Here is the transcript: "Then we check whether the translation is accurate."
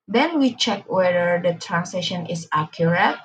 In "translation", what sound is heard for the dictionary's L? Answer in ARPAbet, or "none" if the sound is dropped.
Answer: none